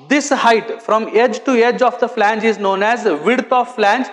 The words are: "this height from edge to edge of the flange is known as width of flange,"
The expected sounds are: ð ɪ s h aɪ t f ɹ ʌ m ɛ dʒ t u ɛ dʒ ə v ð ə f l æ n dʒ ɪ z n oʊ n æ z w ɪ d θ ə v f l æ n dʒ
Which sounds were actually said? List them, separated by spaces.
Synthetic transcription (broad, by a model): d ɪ s h aɪ t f ɹ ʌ m ɛ dʒ t u ɛ dʒ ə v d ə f l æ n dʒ ɪ z n oʊ n æ z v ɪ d t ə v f l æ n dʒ